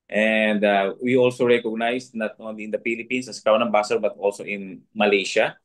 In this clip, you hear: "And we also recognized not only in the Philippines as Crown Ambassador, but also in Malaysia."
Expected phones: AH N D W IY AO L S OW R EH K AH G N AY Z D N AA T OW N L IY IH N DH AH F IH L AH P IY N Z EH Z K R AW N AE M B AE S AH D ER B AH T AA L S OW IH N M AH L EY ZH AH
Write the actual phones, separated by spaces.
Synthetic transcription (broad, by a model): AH N D W IY AO L S OW R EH K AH G N AY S N AA T OW N L IY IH N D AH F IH L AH P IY N S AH S K R AW N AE B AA S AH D B AH T AA L S OW IH N M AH L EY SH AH